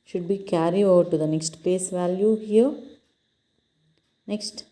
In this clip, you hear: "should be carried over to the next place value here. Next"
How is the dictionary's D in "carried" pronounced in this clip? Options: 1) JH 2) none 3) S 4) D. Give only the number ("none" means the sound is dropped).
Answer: 2